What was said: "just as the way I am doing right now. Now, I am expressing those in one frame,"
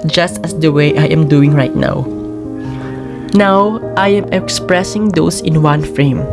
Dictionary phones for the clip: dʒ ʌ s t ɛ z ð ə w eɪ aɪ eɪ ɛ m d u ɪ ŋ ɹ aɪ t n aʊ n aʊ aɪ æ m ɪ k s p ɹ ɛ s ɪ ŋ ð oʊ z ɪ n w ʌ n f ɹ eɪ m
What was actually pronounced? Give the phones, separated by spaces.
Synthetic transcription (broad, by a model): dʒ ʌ s t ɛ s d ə w eɪ aɪ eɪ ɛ m d u ɪ ŋ ɹ aɪ t n aʊ n aʊ aɪ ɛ m ɪ k s p ɹ ɛ s ɪ ŋ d oʊ s ɪ n w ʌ n f ɹ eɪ m